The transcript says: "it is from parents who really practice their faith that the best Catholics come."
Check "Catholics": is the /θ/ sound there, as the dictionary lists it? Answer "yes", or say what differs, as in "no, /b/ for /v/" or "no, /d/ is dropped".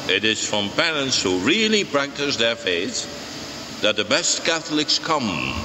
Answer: yes